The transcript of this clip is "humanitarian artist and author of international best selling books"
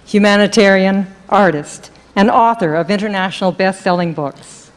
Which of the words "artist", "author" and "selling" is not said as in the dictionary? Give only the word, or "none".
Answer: none